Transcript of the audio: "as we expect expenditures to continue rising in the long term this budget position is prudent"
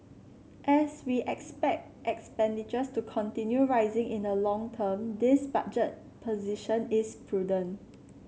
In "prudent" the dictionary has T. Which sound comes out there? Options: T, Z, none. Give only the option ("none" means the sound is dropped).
none